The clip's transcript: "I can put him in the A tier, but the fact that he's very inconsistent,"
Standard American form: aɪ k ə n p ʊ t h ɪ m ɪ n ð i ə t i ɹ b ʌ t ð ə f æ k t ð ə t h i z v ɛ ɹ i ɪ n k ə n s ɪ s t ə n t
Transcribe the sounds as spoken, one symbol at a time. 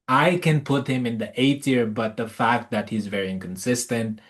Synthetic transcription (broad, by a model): aɪ k ə n p ʊ t h ɪ m ɪ n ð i ə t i ɹ b ʌ t ð ə f æ k t ð ə t h i z v ɛ ɹ i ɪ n k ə n s ɪ s t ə n t